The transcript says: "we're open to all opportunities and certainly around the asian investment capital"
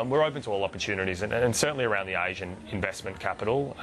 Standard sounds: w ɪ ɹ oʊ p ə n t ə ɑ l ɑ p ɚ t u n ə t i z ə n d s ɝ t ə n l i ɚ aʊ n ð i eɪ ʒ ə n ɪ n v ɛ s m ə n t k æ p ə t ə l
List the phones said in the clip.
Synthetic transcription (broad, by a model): w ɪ ɹ oʊ p ə n t ə ɑ l ɑ p ɚ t u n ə t i z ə n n s ɝ t n l i ɚ aʊ n ð i eɪ ʒ ə n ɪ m v ɛ s m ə n k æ p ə t l